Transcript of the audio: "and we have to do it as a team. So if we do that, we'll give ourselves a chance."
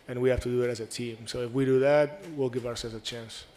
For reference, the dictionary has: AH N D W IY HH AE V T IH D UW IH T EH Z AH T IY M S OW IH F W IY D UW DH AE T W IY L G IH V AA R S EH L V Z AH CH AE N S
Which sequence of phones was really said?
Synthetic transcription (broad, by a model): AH N W IY HH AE F T IH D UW IH T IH Z AH T IY M S OW IH F W IY D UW DH AE T W IY L G IH V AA R S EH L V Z AH CH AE N S